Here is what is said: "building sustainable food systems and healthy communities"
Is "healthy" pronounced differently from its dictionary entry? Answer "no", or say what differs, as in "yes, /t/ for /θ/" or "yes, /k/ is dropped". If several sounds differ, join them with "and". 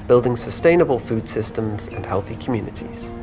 no